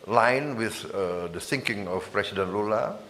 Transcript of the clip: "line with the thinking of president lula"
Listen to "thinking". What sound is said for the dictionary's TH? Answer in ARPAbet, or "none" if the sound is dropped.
S